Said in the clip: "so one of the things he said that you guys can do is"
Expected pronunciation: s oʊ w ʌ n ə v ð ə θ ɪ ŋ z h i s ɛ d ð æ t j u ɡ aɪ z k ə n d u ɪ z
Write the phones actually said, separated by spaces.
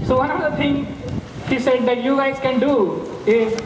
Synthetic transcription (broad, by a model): s oʊ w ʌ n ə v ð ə t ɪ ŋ h i s ɛ d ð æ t j u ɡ aɪ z k ə n d u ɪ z